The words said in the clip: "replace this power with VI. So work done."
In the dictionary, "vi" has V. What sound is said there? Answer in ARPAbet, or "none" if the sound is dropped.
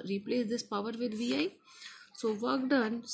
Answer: V